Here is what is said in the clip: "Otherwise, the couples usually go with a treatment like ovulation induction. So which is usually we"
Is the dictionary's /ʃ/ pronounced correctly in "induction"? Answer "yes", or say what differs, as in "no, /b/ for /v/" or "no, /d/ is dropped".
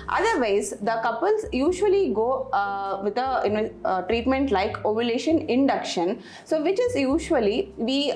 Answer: yes